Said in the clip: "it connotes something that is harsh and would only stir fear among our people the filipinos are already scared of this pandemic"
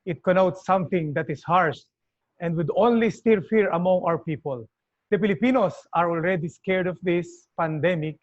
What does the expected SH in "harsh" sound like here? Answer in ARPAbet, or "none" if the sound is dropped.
S